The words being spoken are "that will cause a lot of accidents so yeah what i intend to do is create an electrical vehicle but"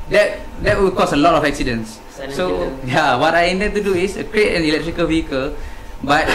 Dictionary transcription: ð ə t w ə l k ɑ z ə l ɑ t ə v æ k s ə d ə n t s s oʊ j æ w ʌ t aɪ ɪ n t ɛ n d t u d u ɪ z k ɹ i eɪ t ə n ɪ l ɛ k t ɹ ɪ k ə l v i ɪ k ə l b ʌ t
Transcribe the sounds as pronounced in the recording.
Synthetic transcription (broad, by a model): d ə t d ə w k ɑ s ə l ɑ t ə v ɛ k s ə d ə n s s oʊ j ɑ w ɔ t aɪ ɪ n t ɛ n t u d u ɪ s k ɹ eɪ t ə n ɪ l ɛ k t ɹ ɪ k ə l v i ɪ k ə l b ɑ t